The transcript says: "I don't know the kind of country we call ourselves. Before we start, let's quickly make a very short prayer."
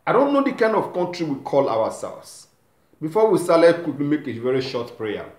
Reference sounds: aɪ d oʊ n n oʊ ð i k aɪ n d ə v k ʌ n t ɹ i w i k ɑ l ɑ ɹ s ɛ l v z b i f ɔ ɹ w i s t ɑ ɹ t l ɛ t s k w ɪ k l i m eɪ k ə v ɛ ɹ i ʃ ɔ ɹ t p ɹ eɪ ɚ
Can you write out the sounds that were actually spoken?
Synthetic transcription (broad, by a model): aɪ d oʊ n n oʊ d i k aɪ n d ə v k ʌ n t ɹ i w i k ɑ l ɑ w s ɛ l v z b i f ɔ w i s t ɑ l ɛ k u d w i m eɪ k ə v ɛ ɹ i ʃ ɔ t p ɹ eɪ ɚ